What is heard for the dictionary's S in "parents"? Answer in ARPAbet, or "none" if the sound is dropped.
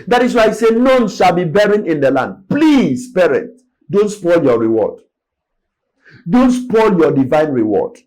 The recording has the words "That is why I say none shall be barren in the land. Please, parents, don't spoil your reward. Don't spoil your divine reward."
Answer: none